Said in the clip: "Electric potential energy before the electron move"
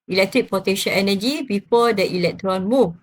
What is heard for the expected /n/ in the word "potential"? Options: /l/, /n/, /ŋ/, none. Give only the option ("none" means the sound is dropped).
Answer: none